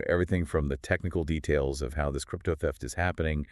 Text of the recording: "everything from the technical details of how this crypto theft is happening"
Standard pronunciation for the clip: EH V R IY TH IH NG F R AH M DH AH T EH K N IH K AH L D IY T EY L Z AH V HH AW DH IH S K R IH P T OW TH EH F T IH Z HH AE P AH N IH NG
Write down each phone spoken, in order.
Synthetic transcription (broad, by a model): EH V R IY TH IH NG F R AH M DH AH T EH K N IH K L D IY T EY L Z AH V HH AW DH IH S K R IH P T OW TH EH F T IH Z HH AE P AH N IH NG